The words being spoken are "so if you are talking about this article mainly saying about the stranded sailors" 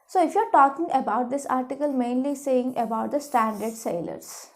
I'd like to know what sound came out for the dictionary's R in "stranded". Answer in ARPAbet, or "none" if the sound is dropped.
none